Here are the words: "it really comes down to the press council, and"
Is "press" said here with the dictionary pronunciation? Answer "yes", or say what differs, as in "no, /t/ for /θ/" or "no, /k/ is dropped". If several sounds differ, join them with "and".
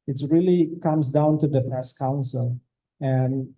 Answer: no, /ɹ/ is dropped